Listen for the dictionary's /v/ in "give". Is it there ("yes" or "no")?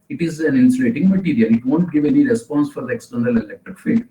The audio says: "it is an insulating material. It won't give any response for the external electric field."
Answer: yes